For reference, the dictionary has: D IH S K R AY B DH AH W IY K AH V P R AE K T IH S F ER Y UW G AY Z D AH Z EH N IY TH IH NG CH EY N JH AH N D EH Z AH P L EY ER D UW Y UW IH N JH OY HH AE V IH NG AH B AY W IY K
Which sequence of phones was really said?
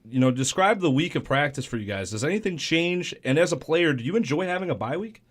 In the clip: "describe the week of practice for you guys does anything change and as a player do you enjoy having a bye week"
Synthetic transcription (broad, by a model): D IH S K R AY B DH AH W IY K AH V P R AE K T IH S F ER Y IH G AY Z D AH Z EH N IY TH IH NG CH EY N JH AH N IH Z AH P L EY ER D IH Y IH IH N JH OY HH AE V IH NG AH B AY W IY K